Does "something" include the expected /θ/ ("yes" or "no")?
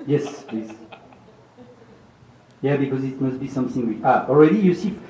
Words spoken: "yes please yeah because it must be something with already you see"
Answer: yes